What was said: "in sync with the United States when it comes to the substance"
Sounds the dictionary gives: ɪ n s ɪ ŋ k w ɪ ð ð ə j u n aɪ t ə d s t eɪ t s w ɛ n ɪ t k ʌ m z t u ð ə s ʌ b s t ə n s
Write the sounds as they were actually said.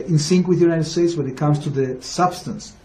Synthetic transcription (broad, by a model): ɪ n s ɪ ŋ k w ɪ ð ð ə j u n aɪ t ə d s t eɪ t s w ɛ n ɪ t k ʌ m s t u ð ə s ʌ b s t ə n s